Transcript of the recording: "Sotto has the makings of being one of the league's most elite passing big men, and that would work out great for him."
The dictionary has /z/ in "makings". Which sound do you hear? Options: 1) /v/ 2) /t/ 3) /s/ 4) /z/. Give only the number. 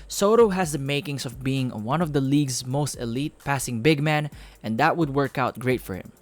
3